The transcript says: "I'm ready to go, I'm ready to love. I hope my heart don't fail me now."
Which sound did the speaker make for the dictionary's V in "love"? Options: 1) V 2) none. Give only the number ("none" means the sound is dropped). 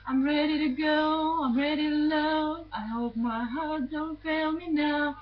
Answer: 2